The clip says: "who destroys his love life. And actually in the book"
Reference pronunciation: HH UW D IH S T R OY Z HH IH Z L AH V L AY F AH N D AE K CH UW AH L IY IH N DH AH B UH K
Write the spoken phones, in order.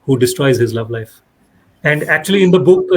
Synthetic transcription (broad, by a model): HH UW D IH S T R OY Z HH IH Z L AH V L AY F AH N D AE K CH UW AH L IY IH N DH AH B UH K